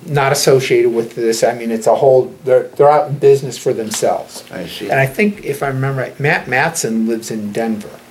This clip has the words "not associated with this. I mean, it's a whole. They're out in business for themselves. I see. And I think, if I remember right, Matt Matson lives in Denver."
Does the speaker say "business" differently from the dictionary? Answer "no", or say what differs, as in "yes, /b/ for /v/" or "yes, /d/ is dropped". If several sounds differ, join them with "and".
no